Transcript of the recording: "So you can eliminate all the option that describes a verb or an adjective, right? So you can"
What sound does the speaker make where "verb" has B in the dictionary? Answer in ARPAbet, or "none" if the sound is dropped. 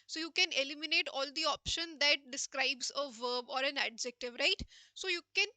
B